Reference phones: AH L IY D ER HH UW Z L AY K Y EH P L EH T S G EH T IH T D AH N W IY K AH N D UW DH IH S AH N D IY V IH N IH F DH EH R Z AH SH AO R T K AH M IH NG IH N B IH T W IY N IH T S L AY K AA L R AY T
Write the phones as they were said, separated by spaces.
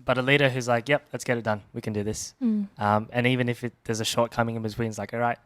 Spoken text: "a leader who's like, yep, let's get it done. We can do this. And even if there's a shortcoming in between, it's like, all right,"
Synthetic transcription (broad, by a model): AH L IY D ER HH UW Z L AY K Y EH P L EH T S G EH T IH T D AH N W IY K AH N D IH DH IH S AH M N IY V IH N IH F DH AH R Z AH SH AO R T K AH M IH NG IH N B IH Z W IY N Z L AY K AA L R AY T